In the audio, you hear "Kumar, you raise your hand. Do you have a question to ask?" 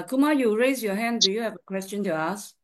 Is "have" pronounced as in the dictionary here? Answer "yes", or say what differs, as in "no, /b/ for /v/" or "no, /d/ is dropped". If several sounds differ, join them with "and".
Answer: yes